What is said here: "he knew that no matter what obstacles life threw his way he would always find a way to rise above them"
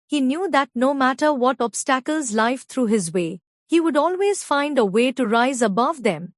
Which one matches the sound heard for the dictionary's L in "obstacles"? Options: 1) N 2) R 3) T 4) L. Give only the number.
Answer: 4